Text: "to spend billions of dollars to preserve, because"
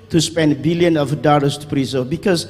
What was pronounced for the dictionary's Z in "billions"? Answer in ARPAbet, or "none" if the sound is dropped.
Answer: none